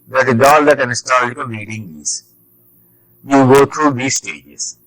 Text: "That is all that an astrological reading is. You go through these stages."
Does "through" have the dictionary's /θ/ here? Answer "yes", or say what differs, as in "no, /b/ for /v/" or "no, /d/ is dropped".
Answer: no, /t/ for /θ/